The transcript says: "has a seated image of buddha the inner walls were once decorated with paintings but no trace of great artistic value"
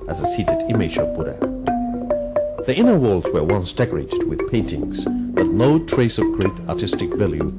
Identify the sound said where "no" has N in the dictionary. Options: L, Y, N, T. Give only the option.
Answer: L